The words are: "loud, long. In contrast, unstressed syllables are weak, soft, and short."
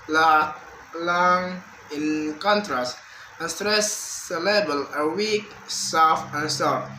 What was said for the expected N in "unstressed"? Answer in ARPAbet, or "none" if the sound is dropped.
none